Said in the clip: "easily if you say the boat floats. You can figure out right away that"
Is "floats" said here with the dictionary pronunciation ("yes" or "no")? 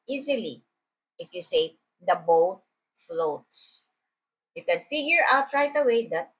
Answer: yes